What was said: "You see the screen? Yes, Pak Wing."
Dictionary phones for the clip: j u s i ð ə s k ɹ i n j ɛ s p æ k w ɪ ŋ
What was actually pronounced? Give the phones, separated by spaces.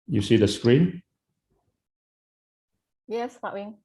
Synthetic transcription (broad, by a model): j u s i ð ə s k ɹ i n j ɛ s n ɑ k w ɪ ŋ